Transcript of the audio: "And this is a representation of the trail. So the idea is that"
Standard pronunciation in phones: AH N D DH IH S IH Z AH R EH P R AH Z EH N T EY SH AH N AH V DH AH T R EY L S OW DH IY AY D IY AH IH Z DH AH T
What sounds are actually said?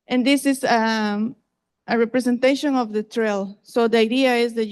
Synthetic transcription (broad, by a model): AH N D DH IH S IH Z AH R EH P R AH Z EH N T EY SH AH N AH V DH AH T R EY L S OW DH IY AY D IY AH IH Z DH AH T